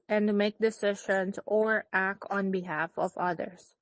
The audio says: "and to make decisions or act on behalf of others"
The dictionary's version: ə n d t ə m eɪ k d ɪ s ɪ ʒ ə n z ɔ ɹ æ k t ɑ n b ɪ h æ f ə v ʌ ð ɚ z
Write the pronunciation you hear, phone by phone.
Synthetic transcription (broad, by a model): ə n d m eɪ k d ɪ s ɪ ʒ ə n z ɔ ɹ æ k t ɑ n b ɪ h æ f ə v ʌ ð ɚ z